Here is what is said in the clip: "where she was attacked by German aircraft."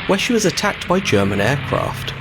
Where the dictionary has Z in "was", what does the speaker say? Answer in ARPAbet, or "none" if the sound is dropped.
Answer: Z